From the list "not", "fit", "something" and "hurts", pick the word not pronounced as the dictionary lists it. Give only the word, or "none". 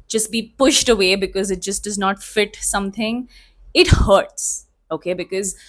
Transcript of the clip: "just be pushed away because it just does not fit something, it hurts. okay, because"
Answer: something